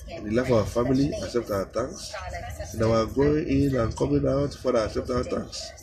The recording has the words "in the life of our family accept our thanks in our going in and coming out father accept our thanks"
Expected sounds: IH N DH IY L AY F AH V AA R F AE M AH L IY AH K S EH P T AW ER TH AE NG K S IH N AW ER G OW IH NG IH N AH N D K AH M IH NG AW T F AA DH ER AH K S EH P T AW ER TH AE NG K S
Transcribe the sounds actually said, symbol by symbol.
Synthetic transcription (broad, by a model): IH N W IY L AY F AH W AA F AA M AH L IY AH K S EH P T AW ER T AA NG K S IH N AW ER G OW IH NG IH N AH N K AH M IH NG AW T F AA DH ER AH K S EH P T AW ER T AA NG K S